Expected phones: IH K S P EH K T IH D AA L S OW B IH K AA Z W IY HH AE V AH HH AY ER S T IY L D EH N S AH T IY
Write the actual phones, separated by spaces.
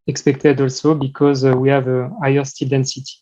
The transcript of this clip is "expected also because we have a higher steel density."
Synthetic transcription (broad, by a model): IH K S P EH K T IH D AA L S OW B IH K AA Z W IY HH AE V AH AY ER S T IY L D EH N S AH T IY